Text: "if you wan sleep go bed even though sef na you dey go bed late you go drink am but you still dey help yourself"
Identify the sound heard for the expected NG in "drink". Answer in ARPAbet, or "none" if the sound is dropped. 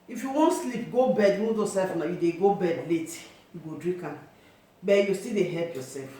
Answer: none